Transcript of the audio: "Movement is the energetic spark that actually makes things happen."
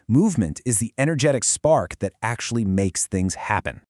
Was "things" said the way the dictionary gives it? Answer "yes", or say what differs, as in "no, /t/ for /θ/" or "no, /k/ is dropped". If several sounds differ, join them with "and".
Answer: yes